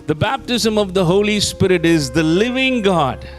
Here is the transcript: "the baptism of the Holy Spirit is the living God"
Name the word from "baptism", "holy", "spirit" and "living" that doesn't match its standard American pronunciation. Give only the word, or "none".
none